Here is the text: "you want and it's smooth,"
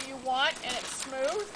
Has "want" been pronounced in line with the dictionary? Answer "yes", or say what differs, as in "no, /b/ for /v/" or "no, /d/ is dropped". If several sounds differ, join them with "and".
yes